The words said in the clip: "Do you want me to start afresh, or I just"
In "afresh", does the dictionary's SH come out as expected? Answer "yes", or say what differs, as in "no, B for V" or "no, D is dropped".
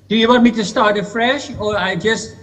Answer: yes